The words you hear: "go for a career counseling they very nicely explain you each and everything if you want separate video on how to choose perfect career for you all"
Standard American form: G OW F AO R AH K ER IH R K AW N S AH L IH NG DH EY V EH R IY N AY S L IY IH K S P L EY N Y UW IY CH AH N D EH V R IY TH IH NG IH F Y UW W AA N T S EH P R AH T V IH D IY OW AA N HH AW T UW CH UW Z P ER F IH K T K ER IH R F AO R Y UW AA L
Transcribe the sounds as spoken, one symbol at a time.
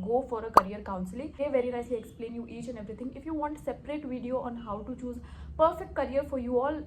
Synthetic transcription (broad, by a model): G OW F AO R AH K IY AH R K AW N S AH L IH NG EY V EH R IY N AY S L IY IH K S P L EY N Y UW IY CH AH N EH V R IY T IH NG IH F Y UW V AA N T S EH P R AH T V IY D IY OW AA N HH AW T UW CH UW Z P ER F IH K T K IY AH R F AO R Y UW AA L